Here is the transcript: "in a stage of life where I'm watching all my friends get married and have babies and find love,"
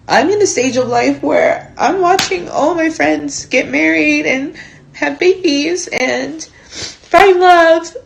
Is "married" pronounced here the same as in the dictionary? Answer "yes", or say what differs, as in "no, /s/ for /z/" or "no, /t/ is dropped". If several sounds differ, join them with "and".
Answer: yes